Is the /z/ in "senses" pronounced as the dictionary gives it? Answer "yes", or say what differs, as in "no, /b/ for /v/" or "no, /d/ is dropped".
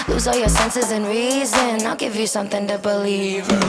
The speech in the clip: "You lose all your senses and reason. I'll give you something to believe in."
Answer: yes